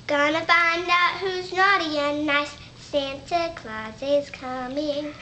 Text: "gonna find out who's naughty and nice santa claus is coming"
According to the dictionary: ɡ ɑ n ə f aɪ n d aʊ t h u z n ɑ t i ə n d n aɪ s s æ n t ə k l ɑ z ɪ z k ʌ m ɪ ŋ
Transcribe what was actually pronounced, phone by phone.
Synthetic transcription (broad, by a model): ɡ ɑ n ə f aɪ n d aʊ t h u z n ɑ t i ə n n aɪ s s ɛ n t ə k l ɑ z ɪ z k ʌ m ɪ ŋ